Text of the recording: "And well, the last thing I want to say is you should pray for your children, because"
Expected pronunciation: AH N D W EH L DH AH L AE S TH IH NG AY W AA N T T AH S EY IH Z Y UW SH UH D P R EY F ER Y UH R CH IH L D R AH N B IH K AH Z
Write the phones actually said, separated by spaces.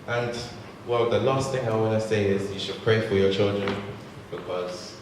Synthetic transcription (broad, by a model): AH N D W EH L DH AH L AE S TH IH NG AY W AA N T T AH S EY IH Z Y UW SH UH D P R EY F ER Y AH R CH IH L D R AH N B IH K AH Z